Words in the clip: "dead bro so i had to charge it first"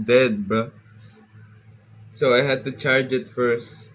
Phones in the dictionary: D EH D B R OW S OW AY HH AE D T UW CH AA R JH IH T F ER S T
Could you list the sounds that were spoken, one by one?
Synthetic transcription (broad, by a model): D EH D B OW S OW AY HH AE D T UW CH AA R JH IH T F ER S T